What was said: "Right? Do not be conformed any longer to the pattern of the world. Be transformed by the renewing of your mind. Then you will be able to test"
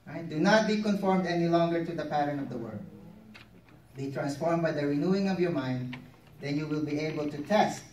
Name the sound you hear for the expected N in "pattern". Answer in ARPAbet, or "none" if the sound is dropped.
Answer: N